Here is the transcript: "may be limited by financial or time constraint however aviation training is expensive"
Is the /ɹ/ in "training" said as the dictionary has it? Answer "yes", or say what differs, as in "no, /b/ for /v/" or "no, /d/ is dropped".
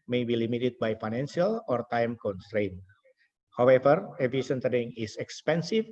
no, /ɹ/ is dropped